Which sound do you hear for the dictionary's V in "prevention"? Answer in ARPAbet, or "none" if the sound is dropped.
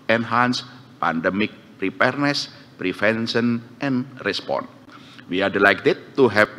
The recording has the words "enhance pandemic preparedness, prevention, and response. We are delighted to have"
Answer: F